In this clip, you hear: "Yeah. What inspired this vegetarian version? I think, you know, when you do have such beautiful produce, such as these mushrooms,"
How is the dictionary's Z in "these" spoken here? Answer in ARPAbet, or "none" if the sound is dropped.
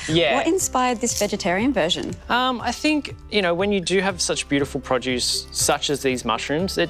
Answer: Z